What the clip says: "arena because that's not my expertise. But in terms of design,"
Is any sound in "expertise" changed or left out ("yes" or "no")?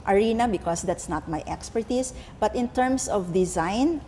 yes